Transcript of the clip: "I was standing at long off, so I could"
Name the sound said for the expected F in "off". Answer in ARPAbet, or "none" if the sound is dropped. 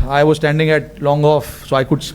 F